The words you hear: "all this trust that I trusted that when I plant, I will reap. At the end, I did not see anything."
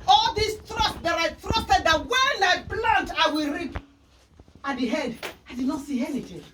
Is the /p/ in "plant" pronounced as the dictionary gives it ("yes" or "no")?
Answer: no